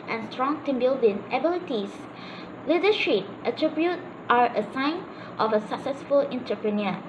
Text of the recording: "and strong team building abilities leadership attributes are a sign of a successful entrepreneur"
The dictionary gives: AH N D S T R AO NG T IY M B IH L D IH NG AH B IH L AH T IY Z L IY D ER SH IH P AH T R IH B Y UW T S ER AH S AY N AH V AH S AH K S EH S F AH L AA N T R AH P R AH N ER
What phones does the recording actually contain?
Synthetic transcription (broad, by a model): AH N S T R AO NG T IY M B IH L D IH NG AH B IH L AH T IY S L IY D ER SH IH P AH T R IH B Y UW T ER AH S AY N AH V AH S AH K S EH S F AH L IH N T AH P R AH N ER